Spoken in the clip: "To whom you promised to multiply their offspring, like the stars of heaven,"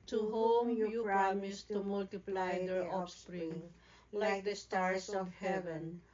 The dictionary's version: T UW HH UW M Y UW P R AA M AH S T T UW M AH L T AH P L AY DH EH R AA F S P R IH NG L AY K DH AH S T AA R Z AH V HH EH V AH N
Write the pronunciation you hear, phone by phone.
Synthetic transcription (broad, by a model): T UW HH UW M Y UW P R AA M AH S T T UW M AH L T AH P L AY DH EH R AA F S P R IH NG L AY K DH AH S T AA R S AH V HH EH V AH N